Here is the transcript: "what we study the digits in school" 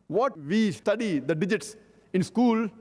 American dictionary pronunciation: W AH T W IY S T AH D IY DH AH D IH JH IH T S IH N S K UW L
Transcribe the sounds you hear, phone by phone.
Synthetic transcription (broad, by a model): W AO T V IY S T AH D IY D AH D IH JH IH T S IH N S K UW L